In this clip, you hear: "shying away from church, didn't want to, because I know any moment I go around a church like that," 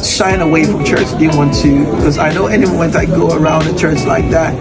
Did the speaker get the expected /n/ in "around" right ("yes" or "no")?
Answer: yes